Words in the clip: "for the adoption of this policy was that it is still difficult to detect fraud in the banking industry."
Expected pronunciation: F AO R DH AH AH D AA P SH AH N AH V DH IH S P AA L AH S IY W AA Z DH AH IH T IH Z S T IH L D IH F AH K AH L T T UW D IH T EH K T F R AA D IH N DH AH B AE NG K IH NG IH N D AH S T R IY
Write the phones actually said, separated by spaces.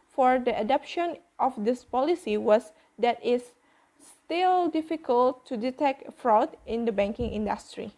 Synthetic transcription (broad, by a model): F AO R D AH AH D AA P SH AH N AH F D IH S P AA L AH S IY W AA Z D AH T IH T S T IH L D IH F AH K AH L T T UW D IH T EH K T F R AA D IH N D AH B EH NG K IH NG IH N D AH S T R IY